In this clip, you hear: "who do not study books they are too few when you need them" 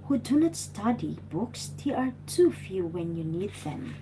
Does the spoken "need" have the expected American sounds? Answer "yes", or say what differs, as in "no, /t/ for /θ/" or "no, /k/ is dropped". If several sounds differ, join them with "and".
yes